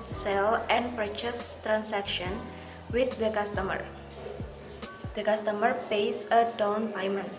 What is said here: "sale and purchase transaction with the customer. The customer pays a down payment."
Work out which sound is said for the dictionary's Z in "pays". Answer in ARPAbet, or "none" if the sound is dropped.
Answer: S